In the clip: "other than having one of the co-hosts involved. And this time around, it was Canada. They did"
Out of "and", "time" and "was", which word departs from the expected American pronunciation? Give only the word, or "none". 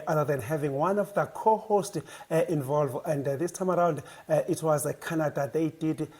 none